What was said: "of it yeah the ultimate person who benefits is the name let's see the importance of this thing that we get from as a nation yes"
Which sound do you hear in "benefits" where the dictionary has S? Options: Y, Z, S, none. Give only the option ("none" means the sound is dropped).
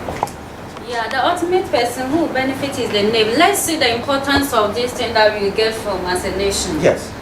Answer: none